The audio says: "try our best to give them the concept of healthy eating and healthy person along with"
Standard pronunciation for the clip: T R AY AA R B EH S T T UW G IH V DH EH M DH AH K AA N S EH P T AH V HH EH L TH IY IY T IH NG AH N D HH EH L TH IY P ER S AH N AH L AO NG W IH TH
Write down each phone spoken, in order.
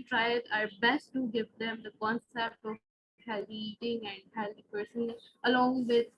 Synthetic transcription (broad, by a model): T R AY AA R B EH S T T UW G IH V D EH M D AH K AA N S EH P T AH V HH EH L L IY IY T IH NG AH N D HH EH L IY P ER S AH N AH L AO NG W IH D